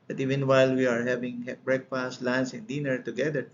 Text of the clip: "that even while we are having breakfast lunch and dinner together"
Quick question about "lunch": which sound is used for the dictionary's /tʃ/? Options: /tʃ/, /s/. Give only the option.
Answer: /s/